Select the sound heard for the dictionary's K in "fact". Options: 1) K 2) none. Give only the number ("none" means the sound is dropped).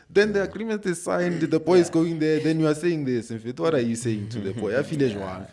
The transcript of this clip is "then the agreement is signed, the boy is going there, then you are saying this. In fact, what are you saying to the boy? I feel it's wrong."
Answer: 2